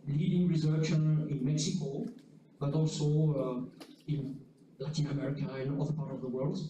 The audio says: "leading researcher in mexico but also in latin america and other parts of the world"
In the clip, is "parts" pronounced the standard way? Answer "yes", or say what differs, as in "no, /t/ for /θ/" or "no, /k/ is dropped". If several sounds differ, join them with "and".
no, /s/ is dropped